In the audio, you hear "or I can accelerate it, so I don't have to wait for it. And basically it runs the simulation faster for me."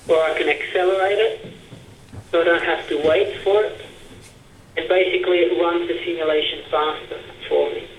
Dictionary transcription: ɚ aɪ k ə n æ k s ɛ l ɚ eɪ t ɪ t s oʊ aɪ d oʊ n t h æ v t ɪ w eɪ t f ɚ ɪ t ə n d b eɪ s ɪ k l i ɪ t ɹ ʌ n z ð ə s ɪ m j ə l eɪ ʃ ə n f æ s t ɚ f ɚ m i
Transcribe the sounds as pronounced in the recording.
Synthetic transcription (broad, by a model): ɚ aɪ k ə n æ k s ɛ l ɚ eɪ t ɪ t s oʊ aɪ d oʊ n t h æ f t ɪ w eɪ t f ɚ ɪ t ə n b eɪ s ɪ k l i ɪ t ɹ ʌ n z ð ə s ɪ m j ə l eɪ ʃ ə n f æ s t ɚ f ɚ m i